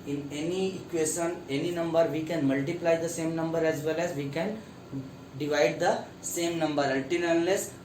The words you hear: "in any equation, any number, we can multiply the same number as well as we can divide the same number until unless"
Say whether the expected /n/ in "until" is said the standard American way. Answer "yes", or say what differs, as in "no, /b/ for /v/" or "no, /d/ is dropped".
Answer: no, /l/ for /n/